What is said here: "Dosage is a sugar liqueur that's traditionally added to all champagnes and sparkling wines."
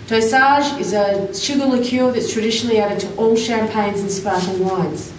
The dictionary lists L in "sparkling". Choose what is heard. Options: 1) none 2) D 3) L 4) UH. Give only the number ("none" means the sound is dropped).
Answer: 1